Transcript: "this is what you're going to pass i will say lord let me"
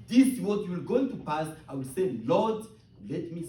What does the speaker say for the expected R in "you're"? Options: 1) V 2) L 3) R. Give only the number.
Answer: 2